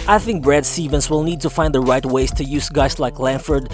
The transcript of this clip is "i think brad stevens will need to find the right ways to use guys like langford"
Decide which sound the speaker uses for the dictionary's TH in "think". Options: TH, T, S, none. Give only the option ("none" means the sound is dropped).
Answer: TH